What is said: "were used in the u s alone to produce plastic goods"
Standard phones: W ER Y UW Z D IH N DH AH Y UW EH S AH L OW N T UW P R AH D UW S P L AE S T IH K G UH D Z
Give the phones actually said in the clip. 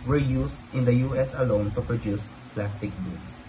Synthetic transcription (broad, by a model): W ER Y UW S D IH N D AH Y UW EH S AH L OW N T UW P R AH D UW S P L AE S T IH K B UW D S